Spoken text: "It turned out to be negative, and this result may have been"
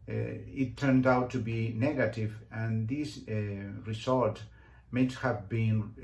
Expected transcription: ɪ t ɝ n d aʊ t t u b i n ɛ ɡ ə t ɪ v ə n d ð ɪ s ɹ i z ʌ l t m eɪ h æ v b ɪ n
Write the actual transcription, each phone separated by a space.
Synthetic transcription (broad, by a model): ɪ t ɝ n d aʊ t t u b i n ɛ ɡ ə t ɪ v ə n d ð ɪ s ɹ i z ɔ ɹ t m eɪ h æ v b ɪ n